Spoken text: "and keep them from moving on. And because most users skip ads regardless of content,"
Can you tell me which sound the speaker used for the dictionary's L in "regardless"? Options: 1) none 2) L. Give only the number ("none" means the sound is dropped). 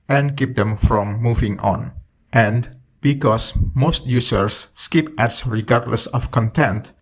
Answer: 2